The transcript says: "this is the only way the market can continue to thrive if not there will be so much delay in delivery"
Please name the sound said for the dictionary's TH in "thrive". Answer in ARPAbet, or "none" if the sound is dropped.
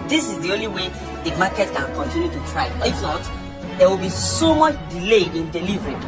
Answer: T